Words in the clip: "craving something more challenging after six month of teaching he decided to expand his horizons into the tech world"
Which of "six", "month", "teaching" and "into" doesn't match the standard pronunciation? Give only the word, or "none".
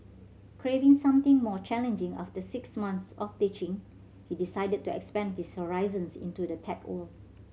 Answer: month